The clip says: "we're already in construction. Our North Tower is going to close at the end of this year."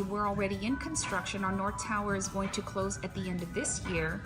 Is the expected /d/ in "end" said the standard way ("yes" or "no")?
yes